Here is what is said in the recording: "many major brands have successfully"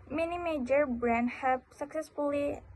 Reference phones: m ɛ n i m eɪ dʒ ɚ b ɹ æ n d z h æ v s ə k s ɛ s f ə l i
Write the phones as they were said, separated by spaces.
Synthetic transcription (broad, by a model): m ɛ n i m eɪ dʒ ɚ b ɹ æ n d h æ p s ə k s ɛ s f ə l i